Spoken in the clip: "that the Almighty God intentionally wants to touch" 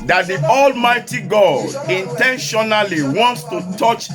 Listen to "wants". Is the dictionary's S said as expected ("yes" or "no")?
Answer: yes